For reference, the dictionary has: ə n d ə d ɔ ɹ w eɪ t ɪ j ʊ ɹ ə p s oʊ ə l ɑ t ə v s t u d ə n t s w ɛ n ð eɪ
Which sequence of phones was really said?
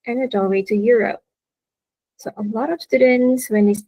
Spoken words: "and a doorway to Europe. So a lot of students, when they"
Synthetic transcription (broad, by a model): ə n ə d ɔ l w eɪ t ɪ j ʊ ɹ ə p s oʊ ə l ɑ t ə v s t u d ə n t s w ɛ n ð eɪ